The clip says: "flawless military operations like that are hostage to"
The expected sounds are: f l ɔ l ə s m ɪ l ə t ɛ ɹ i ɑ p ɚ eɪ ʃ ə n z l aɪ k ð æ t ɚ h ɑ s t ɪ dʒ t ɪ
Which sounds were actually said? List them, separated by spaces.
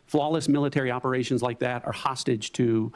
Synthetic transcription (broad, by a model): f l ɔ l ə s m ɪ l ə t ɛ ɹ i ɑ p ɚ eɪ ʃ ə n z l aɪ k ð æ t ɚ h ɑ s t ɪ dʒ t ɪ